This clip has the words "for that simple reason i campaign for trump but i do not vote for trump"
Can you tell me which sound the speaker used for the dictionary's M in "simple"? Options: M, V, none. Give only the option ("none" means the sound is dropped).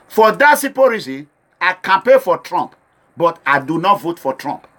none